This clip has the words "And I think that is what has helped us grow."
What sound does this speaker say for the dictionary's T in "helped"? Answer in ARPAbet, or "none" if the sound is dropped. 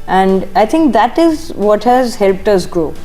T